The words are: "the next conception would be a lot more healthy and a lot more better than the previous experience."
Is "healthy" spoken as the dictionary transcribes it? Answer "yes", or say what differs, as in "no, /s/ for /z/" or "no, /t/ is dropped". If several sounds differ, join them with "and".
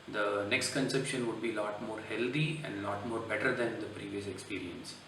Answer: no, /t/ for /θ/